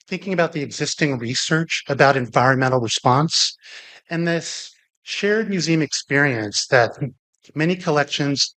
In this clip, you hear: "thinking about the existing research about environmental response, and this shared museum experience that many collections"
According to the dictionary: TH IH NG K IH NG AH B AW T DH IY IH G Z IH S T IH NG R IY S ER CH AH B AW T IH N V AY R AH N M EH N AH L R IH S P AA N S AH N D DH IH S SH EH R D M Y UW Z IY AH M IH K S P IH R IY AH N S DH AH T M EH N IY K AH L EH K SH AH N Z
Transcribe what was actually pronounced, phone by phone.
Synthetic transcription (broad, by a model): TH IH NG K IH NG AH B AW T DH IY IH G Z IH S T IH NG R IY S ER CH AH B AW T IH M V AY R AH N M EH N L R IH S P AA N S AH N DH IH S SH EH R D M Y UW Z IY AH M IH K S P IH R IY AH N S DH AH T M EH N IY K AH L EH K SH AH N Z